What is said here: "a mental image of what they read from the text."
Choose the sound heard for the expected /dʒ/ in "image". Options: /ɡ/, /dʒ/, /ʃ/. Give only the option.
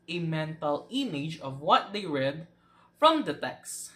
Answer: /dʒ/